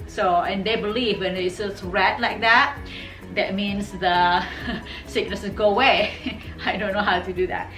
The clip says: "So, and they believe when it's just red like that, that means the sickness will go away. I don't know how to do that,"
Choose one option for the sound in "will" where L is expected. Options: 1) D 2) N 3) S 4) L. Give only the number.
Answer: 2